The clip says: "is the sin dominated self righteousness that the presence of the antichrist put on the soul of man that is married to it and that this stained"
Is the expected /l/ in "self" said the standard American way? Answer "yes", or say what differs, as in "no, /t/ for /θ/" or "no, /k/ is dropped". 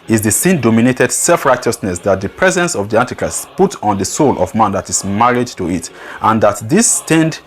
yes